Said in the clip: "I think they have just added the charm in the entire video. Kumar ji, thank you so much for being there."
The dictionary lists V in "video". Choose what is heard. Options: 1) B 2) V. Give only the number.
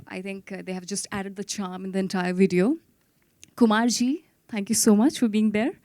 2